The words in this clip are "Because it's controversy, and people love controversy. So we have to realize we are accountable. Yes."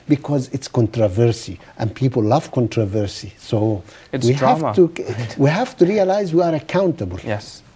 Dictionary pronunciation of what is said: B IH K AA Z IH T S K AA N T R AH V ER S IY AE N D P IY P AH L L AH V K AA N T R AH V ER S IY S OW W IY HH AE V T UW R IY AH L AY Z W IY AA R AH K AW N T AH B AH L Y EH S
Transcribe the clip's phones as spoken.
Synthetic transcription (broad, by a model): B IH K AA Z IH T S K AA N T R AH V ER S IY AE N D P IY P AH L L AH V K AA N T R AH V ER S IY S OW W IY HH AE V T UW R IY AH L AY Z W IY AA R AH K AW N T AH B AH L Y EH S